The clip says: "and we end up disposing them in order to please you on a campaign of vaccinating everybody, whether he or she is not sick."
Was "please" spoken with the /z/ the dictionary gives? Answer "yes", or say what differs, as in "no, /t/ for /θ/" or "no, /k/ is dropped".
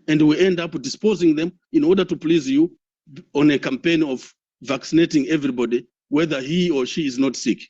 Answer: yes